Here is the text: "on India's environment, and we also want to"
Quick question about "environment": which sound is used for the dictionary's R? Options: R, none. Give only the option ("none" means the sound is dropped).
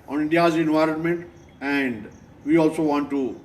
R